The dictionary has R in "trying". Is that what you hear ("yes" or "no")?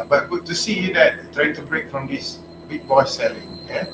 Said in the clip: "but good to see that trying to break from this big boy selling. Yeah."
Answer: yes